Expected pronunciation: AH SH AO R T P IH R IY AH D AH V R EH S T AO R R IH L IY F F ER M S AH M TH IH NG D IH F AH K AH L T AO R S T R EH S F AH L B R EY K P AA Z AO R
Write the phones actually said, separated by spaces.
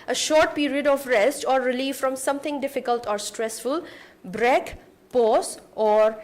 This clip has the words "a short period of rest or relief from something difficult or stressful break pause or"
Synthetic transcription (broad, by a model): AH SH AO R T P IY R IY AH D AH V R EH S T AO R R IH L IY F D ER M S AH M T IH NG D IH F AH K AH L T AO R S T R EH S F AH L B R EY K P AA S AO R